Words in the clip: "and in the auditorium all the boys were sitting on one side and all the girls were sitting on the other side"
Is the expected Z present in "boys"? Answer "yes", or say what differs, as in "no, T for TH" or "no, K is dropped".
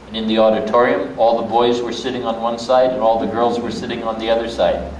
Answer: yes